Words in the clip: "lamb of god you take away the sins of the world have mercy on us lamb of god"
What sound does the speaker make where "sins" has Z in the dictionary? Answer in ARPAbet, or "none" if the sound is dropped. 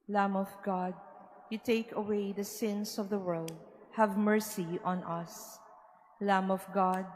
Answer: S